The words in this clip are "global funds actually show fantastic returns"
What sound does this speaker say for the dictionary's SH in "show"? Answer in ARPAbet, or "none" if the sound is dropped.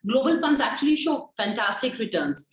SH